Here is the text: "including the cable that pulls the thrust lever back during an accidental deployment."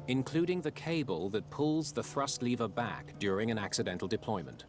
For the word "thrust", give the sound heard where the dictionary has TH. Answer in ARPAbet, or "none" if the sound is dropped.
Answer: TH